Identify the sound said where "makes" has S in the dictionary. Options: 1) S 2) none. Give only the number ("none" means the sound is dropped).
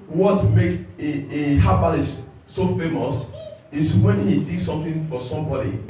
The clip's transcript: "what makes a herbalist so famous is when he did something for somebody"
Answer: 2